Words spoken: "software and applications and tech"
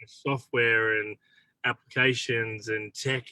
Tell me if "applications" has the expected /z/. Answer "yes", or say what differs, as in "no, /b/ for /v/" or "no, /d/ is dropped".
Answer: yes